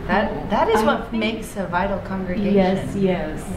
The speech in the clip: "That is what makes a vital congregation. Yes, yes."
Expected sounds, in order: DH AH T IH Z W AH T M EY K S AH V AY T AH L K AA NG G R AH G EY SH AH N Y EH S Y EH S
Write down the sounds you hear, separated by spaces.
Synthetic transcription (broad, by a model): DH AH T IH Z W AH T M EY K S AH V AY T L K AA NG G R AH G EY AH Y EH S Y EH S